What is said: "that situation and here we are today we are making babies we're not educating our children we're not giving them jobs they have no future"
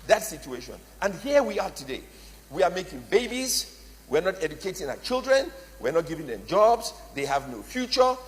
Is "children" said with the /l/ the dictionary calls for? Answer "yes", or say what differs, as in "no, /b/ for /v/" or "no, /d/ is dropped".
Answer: yes